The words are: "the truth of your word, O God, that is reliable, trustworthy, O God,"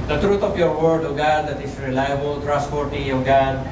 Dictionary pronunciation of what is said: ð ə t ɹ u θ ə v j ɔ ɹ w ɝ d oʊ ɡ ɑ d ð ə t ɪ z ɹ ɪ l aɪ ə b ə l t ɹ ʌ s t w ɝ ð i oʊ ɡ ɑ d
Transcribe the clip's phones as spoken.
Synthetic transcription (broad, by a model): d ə t ɹ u t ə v j ɔ ɹ w ɝ d oʊ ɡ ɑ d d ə t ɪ s ɹ ɪ l aɪ ə b ə l t ɹ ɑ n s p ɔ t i oʊ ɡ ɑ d